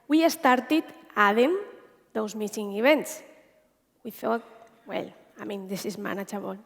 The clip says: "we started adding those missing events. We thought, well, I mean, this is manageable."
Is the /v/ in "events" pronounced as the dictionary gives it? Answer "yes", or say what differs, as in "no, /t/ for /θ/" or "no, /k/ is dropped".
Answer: no, /b/ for /v/